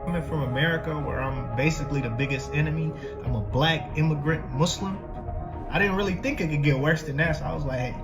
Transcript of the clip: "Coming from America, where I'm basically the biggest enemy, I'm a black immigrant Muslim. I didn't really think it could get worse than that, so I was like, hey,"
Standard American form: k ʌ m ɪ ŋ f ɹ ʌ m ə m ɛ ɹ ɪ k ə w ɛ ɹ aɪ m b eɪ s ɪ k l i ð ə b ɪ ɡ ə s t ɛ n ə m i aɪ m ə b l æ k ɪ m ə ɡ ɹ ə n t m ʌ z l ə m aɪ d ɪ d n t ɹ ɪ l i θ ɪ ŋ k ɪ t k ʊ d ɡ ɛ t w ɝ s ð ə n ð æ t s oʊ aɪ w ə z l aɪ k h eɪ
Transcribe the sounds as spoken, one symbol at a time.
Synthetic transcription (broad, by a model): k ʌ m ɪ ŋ f ɹ ʌ m ə m ɛ ɹ ɪ k ə w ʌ ɹ aɪ m b eɪ s ɪ k l i ð ə b ɪ ɡ ə s t ɛ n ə m i aɪ m ə b l æ k ɪ m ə ɡ ɹ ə n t m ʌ s l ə m aɪ d ɪ d n t ɹ ɪ l i θ ɪ ŋ k ɪ t k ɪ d ɡ ɛ t w ɝ s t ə n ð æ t s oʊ aɪ w ə z l aɪ k h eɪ